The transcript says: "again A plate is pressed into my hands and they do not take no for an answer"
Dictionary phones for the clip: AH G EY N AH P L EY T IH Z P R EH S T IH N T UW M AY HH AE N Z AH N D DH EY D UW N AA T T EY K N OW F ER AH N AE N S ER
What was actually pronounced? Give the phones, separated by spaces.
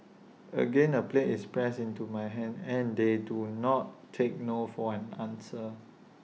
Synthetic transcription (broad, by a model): AH G EY N AH P L EY T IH S P R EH S IH N T UW M AY HH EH N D AH N D EY D UW N AA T T EY K N OW F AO AH N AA N S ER